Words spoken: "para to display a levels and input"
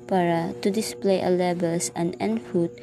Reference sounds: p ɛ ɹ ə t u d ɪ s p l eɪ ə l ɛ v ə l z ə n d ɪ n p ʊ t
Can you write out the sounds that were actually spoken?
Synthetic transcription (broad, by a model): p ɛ ɹ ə t u d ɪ s p l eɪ ə l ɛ b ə l s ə n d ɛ n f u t